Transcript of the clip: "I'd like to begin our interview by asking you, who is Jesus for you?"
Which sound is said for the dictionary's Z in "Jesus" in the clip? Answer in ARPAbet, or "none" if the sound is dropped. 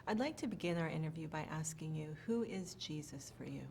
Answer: Z